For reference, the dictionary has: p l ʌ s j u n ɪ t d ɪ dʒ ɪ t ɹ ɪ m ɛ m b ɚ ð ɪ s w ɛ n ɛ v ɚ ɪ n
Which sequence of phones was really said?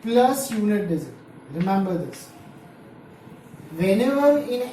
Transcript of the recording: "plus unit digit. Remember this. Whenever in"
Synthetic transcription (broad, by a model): p l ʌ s j u n ɪ t d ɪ z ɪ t ɹ ɪ m ɛ m b ɚ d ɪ s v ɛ n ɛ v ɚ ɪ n